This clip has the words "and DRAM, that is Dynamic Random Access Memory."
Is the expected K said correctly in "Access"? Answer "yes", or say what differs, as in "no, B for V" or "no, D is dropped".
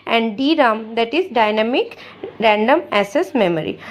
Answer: no, K is dropped